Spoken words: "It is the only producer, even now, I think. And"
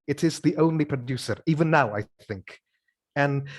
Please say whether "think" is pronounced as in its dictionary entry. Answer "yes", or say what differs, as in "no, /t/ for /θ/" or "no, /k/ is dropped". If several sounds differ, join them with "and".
yes